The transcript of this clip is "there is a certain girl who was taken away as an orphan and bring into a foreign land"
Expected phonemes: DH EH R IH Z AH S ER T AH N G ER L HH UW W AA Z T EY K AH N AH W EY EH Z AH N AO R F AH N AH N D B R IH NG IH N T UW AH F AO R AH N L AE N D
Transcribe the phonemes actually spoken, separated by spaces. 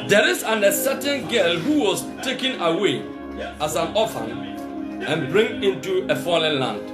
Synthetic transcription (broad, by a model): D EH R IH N AH S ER T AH N G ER L HH UW W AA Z T EY K AH N AH W EY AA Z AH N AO F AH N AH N B R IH NG IH N T UW AH F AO L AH N L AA N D